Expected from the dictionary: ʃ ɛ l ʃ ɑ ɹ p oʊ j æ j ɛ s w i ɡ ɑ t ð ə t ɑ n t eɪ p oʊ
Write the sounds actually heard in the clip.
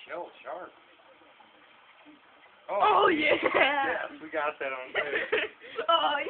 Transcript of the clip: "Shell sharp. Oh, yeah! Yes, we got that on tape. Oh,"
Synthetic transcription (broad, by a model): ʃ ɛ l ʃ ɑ ɹ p oʊ j æ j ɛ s w i ɡ ɑ t ð ə t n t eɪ oʊ